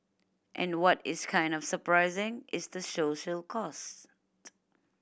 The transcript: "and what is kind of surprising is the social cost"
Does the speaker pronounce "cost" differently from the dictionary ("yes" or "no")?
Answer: no